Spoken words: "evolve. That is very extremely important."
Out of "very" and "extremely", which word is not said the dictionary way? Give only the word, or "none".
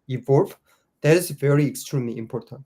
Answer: none